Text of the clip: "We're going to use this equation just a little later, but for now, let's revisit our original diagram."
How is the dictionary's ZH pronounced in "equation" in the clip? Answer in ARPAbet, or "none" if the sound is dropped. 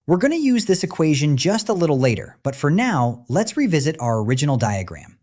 ZH